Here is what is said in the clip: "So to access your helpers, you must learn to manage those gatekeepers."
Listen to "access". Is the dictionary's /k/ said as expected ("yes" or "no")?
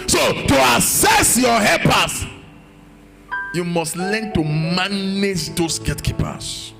no